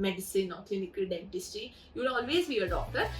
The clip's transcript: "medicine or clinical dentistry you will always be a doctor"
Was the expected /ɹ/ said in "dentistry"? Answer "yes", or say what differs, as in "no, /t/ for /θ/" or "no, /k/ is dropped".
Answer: no, /ɹ/ is dropped